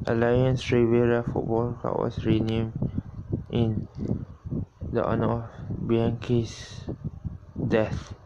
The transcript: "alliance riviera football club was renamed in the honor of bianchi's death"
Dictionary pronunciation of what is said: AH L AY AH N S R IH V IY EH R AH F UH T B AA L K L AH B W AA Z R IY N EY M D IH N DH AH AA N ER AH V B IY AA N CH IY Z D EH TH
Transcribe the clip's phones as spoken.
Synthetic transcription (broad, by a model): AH L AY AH N S R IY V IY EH R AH F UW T B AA L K AA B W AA S R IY N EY M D IH N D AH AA N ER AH F B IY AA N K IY S D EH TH